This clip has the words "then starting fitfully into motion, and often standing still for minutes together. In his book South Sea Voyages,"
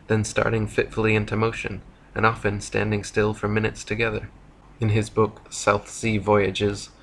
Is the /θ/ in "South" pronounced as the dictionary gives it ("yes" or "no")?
yes